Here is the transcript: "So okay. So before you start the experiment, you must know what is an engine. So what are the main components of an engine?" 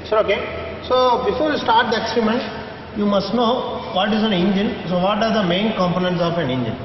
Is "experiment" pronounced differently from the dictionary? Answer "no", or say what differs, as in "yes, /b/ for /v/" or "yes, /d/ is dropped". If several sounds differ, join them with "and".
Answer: yes, /p/ is dropped